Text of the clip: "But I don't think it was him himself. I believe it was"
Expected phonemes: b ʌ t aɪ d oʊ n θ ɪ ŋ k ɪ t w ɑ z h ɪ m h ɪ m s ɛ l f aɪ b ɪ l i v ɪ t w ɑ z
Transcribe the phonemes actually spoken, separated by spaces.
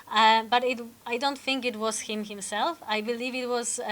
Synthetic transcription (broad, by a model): b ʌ t aɪ d oʊ n θ ɪ ŋ k ɪ t w ɑ z h ɪ m h ɪ m s ɛ l f aɪ b ɪ l i v ɪ t w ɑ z